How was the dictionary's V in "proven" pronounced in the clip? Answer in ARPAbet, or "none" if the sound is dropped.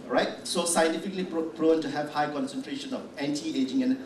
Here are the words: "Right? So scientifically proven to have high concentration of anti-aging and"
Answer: none